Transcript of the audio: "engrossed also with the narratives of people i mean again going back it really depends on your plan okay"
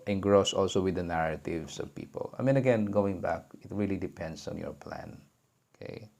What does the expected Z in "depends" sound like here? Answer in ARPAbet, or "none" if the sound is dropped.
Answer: S